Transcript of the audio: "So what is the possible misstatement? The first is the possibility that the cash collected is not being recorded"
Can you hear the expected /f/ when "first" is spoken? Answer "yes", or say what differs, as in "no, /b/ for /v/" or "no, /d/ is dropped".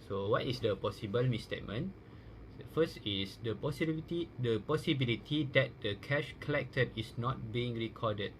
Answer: no, /p/ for /f/